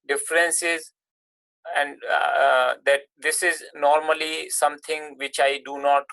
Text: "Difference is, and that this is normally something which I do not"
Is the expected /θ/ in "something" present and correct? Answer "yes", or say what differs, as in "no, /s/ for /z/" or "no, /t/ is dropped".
no, /t/ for /θ/